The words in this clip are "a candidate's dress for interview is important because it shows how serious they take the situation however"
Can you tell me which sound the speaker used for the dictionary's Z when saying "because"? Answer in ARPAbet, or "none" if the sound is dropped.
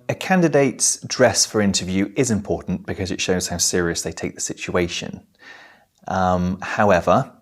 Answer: Z